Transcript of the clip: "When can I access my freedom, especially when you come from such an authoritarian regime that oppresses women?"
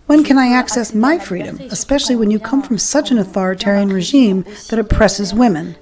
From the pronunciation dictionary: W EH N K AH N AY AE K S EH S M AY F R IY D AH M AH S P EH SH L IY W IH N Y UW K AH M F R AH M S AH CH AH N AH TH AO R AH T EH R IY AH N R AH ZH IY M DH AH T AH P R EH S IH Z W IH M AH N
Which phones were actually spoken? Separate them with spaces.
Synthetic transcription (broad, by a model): W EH N K AH N AY AE K S EH S M AY F R IY D AH M AH S P EH SH L IY W IH N Y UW K AH M F R AH M S AH CH AH N AH TH AO R AH T EH R IY AH N R AH ZH IY M DH AH T AH P R EH S IH Z W IH M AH N